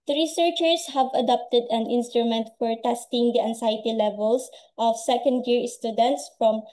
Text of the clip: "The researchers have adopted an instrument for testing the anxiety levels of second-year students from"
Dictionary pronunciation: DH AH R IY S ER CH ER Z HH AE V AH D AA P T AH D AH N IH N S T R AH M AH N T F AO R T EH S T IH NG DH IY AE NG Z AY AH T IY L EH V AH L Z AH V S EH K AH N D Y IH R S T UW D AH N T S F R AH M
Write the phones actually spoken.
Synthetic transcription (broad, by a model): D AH R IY S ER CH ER S HH AE V AH D AA P T AH D AH N IH N S T R AH M AH N T F AO R T EH S T IH NG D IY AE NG S AY T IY L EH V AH L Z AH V S EH K AH N D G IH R S T UW D AH N T S F R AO M